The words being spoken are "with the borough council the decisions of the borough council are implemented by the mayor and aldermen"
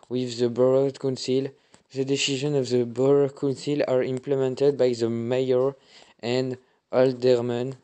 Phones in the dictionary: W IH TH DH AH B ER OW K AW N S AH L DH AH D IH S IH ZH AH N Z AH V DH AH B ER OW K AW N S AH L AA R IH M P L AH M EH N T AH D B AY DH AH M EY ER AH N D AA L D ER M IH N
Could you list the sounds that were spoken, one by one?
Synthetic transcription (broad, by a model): W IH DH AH B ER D K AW N S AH L DH AH D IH S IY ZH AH N AH V DH AH B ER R K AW N S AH L AA R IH M P L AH M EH N T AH D B AY DH AH M EY ER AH N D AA L D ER M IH N